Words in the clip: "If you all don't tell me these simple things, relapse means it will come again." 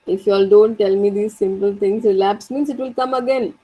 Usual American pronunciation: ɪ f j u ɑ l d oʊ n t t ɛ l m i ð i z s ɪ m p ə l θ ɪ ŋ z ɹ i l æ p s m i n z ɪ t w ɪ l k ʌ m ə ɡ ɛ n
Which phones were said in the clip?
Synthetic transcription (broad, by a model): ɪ f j ɑ l d oʊ n t t ɛ l m i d i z s ɪ m p ə l t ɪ ŋ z ɹ i l æ p s m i n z ɪ t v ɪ l k ʌ m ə ɡ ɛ n